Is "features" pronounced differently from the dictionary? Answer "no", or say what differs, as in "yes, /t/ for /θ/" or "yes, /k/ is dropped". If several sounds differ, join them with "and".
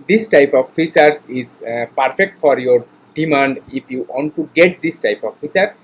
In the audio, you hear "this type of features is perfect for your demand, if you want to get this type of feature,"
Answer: yes, /s/ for /tʃ/